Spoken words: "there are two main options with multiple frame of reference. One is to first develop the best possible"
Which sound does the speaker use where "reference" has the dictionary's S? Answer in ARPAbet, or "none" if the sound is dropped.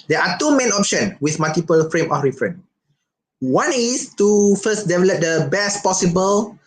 none